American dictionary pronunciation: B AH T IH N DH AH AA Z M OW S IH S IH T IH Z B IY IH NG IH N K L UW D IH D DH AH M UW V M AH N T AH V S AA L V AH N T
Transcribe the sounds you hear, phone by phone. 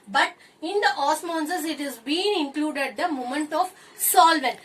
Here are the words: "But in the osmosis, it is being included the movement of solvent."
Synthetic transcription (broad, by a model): B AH T IH N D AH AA S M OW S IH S IH T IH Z B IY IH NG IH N K L UW D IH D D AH M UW M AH N T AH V S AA L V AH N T